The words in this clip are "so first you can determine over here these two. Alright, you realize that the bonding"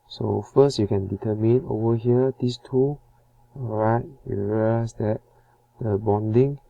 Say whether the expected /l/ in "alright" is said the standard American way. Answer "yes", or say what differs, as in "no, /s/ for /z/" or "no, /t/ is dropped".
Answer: no, /l/ is dropped